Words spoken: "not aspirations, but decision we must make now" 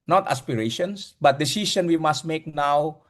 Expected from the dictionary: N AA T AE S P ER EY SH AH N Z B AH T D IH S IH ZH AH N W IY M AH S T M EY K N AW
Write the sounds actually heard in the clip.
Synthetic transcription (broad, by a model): N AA T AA S P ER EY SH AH N S B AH T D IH S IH S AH N W IY M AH S T M EY K N AW